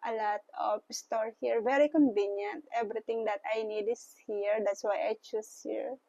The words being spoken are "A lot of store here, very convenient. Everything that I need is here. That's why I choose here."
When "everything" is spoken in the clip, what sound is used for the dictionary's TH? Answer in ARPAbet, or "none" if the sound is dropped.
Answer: T